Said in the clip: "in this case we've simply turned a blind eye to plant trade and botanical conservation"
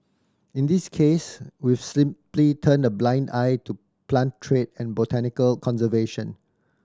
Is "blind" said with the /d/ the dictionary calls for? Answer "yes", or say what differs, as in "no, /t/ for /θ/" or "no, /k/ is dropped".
yes